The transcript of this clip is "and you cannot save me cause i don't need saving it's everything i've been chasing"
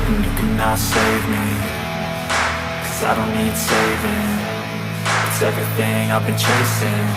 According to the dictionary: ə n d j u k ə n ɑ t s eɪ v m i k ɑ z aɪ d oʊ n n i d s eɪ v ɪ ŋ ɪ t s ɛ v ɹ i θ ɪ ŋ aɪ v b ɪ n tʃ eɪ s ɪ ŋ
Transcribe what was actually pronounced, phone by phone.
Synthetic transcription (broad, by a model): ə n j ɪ k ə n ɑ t s eɪ v m i k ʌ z aɪ d oʊ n n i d s eɪ v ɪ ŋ ɪ t s ɛ v ɹ i θ ɪ ŋ aɪ v b ɪ n tʃ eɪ s ɪ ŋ